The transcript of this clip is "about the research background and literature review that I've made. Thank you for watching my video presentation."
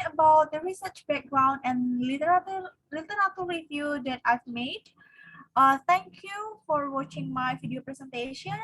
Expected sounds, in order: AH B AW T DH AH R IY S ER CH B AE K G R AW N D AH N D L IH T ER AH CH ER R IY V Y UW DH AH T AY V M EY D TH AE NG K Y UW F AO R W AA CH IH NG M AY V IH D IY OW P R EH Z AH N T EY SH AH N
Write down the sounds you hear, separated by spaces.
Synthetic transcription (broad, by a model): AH B AW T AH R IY S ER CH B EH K G R AW N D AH N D L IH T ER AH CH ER W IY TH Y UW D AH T AY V M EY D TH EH NG K Y UW F AO R W AA CH IH NG M AY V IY D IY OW P R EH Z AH N T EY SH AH N